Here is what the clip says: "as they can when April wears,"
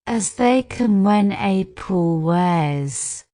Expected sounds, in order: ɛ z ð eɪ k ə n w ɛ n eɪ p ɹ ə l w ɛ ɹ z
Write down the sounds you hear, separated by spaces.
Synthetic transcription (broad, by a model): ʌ z ð eɪ k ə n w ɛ n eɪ p ə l w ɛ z